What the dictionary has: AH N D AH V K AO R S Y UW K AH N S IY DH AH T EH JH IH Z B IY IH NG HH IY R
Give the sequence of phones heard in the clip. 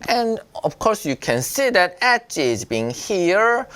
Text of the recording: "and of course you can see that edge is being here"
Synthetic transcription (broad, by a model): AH N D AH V K AO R S Y UW K AH N S IY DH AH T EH CH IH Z B IY IH NG HH IY R